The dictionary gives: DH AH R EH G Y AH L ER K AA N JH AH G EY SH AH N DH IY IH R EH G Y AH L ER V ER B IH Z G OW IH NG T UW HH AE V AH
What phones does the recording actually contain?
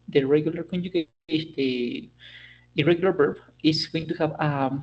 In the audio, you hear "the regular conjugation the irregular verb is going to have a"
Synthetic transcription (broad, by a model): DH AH R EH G Y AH L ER K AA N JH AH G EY AH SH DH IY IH R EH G Y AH L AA B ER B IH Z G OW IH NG T UW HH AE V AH